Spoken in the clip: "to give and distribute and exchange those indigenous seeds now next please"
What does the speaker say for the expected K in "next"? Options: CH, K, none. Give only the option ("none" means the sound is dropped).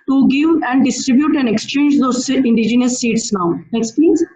K